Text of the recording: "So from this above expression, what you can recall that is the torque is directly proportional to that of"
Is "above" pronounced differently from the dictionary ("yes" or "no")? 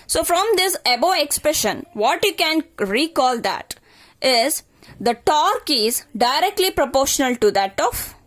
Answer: yes